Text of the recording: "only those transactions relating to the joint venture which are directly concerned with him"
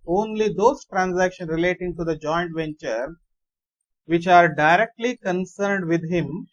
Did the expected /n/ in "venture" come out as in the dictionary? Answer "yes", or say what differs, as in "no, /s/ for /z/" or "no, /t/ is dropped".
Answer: yes